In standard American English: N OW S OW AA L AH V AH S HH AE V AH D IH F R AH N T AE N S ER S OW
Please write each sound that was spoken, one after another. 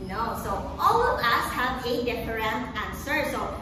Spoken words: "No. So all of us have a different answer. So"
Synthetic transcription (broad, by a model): N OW S OW AA L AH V AH S HH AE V AH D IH P R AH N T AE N S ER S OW